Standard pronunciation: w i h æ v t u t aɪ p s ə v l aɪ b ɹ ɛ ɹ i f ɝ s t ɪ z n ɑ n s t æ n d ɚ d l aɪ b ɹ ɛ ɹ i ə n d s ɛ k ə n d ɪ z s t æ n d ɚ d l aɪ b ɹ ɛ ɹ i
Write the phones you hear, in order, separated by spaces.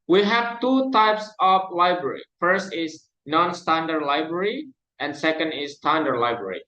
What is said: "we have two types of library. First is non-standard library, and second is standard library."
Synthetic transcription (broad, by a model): w i h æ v t u t aɪ p s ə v l aɪ b ɹ ɛ ɹ i f ɝ s t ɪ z n ɑ n s t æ n d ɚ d l aɪ b ɹ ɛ ɹ i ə n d s ɛ k ə n d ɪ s t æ n d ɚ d l aɪ b ɹ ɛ ɹ i